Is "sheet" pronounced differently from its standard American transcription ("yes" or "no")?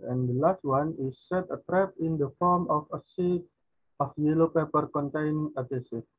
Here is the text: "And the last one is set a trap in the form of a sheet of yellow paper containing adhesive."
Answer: yes